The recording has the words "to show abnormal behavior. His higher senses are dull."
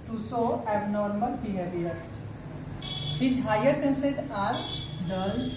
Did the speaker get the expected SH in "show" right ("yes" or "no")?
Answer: no